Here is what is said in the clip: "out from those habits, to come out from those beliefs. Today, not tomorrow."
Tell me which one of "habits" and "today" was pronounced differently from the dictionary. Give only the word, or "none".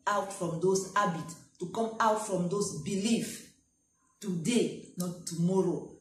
habits